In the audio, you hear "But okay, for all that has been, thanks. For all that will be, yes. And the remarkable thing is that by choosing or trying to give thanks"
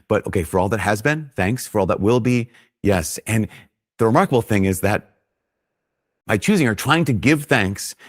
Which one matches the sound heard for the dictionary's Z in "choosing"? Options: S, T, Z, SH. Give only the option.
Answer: Z